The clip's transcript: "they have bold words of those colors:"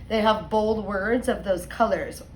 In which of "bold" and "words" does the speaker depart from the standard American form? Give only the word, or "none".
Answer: none